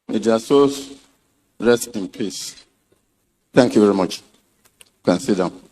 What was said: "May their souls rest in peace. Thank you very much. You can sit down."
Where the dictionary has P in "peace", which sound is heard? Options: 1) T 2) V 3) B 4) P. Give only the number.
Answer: 4